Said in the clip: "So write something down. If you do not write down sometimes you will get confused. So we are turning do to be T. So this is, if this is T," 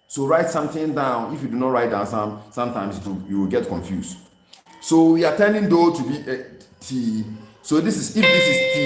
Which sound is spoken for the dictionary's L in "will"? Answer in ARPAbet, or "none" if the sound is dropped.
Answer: W